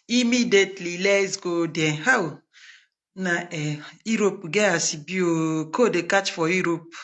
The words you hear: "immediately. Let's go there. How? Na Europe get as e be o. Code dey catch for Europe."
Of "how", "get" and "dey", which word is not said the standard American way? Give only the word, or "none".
get